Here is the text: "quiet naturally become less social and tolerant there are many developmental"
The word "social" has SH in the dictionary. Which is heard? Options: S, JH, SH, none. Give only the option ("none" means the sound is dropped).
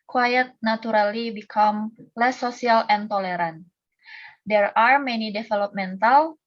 none